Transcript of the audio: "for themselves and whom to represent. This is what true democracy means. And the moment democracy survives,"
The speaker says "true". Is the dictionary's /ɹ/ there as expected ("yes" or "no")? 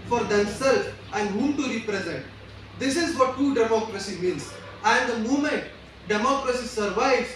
no